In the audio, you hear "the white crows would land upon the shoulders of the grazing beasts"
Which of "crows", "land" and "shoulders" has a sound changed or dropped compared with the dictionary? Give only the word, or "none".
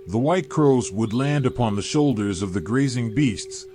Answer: none